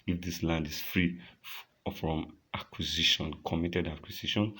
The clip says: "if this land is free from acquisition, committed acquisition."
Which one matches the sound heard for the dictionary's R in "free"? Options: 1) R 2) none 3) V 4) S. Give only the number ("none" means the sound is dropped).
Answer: 1